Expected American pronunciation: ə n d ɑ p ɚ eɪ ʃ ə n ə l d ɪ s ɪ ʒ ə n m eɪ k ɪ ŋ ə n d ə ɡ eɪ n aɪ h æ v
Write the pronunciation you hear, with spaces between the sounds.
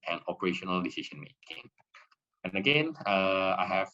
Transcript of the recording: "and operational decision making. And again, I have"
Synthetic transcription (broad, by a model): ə n ɑ p ɚ eɪ ʃ ə n ə l d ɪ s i ʃ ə n m eɪ k ɪ ŋ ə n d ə ɡ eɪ n aɪ h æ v